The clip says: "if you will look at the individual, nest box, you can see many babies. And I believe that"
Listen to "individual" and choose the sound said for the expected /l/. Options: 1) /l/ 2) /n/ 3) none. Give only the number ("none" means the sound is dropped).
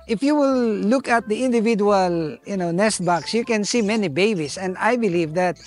2